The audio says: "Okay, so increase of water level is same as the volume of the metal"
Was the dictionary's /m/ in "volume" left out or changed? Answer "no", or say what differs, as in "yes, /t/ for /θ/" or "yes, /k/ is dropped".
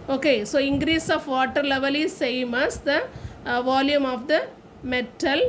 no